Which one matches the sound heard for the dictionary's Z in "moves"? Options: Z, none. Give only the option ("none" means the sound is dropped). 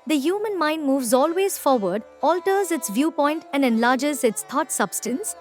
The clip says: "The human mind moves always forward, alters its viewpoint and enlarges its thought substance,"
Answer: Z